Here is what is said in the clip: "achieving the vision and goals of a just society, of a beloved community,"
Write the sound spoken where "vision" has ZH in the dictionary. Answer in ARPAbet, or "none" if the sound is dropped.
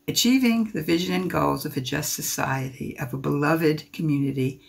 ZH